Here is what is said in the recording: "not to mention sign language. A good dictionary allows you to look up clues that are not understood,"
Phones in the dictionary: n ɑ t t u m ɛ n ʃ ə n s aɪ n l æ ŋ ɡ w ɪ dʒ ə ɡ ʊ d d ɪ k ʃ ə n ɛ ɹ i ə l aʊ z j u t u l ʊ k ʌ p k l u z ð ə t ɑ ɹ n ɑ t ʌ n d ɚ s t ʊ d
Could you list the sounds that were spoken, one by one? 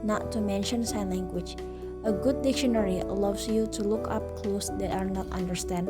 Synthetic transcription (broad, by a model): n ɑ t t u m ɛ n ʃ ə n s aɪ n l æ ŋ ɡ w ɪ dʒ ə ɡ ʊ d d ɪ k ʃ ə n ɛ ɹ i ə l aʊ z j u t u l ʊ k ʌ p k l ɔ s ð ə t ɑ ɹ n ɑ t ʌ n d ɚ s t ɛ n